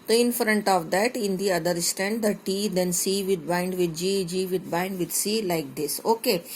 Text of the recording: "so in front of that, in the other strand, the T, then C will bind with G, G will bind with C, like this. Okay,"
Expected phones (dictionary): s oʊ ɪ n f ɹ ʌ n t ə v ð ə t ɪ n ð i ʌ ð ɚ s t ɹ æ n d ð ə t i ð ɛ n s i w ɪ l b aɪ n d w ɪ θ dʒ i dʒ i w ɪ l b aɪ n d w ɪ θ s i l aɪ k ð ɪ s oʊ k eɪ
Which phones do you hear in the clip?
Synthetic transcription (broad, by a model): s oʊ ɪ n f ɹ ʌ n t ə v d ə t ɪ n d i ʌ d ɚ s t ɛ n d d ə t i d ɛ n s i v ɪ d b aɪ n d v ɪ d dʒ i dʒ i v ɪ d b aɪ n d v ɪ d s i l aɪ k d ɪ s oʊ k eɪ